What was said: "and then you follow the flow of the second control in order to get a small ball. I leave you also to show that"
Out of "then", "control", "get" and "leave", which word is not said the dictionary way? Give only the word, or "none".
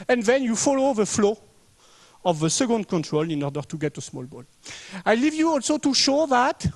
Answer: none